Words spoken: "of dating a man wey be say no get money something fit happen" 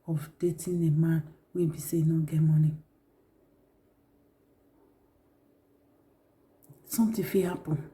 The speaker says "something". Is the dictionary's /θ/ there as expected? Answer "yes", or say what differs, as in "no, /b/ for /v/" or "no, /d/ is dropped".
no, /t/ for /θ/